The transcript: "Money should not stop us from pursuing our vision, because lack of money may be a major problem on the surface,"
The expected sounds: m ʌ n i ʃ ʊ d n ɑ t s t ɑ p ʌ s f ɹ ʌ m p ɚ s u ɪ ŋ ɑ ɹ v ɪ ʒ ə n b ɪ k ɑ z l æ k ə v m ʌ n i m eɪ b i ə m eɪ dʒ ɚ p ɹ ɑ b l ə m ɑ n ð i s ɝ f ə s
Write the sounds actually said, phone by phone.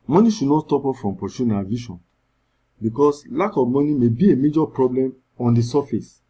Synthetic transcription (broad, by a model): m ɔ n i ʃ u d n ɑ t s t ɑ p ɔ f ɹ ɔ m p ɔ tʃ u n ɑ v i ʃ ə n b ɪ k ɑ s l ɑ k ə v m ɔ n i m eɪ b i ə m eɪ dʒ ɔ p ɹ ɑ b l ə m ɑ n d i s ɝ f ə s